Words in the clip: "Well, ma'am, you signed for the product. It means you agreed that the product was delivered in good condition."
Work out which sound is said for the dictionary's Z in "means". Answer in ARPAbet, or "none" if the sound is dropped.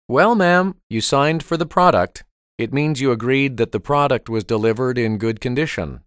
Z